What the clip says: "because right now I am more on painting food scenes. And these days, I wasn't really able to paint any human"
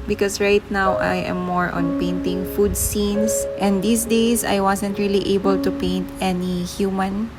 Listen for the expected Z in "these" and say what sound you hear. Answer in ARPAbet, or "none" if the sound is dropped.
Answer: S